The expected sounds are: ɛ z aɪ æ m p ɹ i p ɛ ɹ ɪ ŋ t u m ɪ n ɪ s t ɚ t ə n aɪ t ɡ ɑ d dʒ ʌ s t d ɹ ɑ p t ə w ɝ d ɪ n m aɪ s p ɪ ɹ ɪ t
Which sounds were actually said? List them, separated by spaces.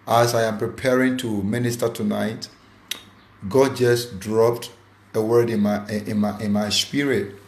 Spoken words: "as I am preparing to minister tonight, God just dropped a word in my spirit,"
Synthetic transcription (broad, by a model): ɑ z aɪ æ m p ɹ i p ɛ ɹ ɪ ŋ t u m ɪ n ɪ s t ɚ t ə n aɪ t ɡ ɑ d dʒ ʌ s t d ɹ ɑ p t ə w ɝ d ɪ n m aɪ s p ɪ ɹ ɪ t